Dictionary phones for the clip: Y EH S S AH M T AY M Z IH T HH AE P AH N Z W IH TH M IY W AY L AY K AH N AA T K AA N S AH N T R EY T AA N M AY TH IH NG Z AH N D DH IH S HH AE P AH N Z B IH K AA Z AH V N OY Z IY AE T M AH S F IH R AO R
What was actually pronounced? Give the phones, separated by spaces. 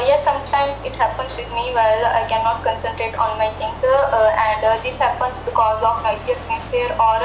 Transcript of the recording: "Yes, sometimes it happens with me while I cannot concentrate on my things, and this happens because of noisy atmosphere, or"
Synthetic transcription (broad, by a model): Y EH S S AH M T AY M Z IH T HH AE P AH N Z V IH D M IY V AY L AY K AH N AA T K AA N S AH N T R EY T AA N M AY T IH NG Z AH N D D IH S HH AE P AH N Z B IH K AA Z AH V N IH S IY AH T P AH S AH R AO R